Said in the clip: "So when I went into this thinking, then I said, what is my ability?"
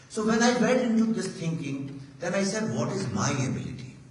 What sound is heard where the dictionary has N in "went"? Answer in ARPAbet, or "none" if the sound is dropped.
none